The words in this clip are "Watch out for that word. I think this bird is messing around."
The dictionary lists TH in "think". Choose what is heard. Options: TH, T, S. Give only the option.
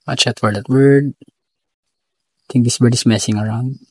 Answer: T